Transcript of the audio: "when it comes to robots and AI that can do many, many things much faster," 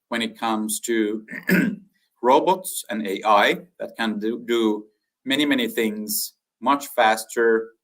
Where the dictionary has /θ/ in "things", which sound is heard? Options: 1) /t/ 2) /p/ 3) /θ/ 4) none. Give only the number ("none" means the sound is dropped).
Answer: 3